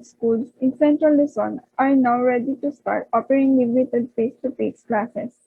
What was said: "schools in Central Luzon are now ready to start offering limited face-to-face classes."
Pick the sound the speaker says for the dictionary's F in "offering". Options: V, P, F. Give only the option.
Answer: P